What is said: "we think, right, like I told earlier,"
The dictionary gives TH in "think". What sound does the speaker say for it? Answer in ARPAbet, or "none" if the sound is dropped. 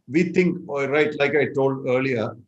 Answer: T